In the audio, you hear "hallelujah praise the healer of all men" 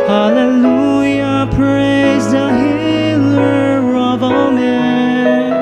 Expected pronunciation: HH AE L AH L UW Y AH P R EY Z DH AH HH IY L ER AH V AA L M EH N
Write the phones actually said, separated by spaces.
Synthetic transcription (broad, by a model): HH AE L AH L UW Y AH P R EY Z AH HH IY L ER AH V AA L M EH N